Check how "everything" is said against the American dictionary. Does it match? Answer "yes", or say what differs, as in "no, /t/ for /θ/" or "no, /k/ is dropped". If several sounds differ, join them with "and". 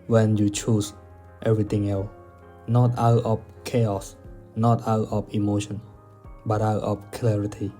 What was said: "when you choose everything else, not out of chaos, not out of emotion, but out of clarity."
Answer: no, /t/ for /θ/